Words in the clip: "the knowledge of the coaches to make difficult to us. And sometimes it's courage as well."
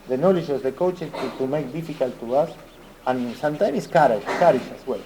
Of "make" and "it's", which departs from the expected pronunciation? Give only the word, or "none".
it's